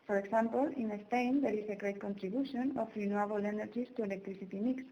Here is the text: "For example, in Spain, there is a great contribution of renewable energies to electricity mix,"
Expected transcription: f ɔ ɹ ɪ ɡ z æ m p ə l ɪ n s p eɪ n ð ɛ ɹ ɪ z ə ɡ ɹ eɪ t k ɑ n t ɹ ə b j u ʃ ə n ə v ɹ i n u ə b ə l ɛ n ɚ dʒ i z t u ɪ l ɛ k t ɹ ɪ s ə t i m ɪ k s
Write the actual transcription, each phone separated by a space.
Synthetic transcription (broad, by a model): f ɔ ɹ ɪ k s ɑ m p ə l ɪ n s p eɪ n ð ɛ ɹ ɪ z ə ɡ ɹ eɪ t k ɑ n t ɹ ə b j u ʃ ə n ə f ɹ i n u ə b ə l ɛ n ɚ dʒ i s t u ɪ l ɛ k t ɹ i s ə t i m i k s